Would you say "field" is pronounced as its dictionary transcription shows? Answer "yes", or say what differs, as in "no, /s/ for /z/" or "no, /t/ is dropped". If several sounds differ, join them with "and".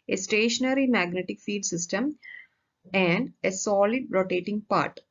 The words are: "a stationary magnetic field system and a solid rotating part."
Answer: no, /l/ is dropped